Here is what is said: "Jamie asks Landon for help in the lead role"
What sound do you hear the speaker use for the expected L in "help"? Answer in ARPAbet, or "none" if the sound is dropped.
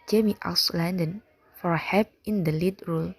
none